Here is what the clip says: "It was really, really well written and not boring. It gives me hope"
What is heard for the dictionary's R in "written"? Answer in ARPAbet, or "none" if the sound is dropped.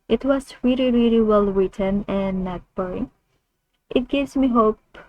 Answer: W